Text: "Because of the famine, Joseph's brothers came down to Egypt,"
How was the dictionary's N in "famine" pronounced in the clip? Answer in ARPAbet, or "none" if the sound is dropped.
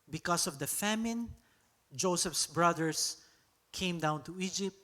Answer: N